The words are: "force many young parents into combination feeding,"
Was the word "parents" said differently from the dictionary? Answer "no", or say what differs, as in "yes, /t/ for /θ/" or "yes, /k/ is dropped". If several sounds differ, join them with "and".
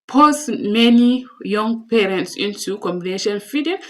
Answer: no